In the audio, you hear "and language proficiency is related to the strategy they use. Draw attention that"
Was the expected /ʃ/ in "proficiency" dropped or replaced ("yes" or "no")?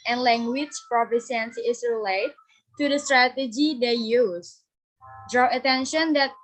yes